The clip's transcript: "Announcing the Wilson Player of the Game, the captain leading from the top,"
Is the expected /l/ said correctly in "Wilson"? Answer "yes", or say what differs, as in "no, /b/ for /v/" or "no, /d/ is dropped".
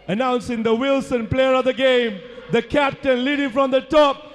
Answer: yes